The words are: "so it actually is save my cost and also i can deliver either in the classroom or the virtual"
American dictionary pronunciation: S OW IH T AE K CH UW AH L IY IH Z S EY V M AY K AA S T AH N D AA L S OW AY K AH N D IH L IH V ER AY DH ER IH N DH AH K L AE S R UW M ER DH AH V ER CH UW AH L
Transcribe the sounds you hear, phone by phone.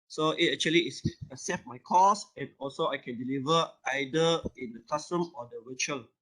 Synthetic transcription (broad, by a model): S OW IH T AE K CH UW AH L IY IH S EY F M AY K AA S AH N AA L S OW AY K AH N D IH L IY V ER AY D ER IH N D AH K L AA S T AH M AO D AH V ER CH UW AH L